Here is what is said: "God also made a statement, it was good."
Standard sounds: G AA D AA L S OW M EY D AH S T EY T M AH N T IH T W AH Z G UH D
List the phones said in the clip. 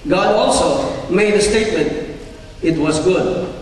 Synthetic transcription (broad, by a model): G AA D AA L S OW M EY D AH S T EY T M AH N T IH T W AH Z G UH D